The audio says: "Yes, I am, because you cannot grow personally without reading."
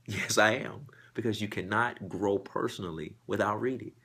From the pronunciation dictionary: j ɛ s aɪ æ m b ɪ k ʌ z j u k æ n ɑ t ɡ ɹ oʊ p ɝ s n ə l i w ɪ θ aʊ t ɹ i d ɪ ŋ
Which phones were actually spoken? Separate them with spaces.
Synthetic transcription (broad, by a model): j ɛ s aɪ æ m b ɪ k ʌ z j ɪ k æ n ɑ t ɡ ɹ oʊ p ɝ s n l i w ɪ θ aʊ t ɹ i d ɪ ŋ